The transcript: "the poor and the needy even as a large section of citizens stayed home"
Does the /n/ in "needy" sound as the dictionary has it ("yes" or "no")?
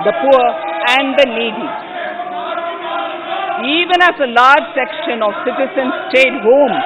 no